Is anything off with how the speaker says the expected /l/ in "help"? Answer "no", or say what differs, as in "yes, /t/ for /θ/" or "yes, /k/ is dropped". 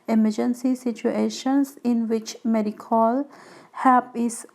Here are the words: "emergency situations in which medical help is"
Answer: yes, /l/ is dropped